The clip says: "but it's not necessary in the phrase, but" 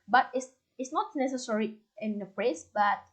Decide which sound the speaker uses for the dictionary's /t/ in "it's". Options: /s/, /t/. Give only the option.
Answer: /s/